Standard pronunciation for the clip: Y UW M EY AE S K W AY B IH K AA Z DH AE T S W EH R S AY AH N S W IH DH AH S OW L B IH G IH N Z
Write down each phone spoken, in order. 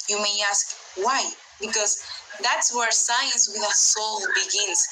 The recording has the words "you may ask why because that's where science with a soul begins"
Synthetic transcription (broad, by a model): Y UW M EY AE S K W AY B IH K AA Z DH AE T S W EH R S AY AH N S W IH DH AH S OW L B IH G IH N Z